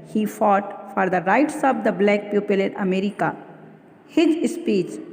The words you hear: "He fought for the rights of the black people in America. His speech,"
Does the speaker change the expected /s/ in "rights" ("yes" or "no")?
no